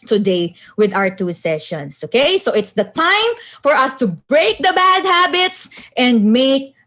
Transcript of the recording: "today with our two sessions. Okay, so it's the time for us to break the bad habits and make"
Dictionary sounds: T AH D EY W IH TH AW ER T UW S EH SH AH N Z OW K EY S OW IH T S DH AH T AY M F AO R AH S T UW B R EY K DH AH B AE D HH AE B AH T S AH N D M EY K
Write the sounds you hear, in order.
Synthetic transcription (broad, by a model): T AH D EY W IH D AW ER T UW S EH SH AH N S OW K EY S OW IH T S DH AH T AY M F AO R AH S T UW B R EY K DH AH B AE D HH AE B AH T S AH N D M EY K